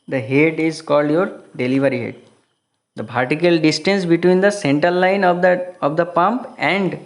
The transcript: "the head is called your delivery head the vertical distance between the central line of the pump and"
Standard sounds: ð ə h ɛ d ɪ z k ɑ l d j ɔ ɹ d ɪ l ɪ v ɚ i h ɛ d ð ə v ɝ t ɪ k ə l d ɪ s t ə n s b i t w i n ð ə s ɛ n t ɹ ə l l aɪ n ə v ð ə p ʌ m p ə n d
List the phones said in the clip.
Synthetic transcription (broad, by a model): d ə h ɛ d ɪ z k ɑ l d j ɔ ɹ d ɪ l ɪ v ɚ i h ɛ d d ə p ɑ t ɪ k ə l d ɪ s t ə n s b i t w i n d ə s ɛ n t ɹ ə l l aɪ n ə v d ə p ʌ m p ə n d